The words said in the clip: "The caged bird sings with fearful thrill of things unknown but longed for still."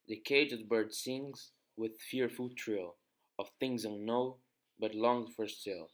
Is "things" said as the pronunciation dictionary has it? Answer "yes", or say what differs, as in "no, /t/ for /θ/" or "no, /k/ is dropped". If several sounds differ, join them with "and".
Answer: yes